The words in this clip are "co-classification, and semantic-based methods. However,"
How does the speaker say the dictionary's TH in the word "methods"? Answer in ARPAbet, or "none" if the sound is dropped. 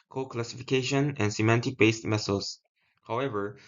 S